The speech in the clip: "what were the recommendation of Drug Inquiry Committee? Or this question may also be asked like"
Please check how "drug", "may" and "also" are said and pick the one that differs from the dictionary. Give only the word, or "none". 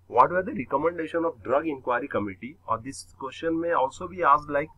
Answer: none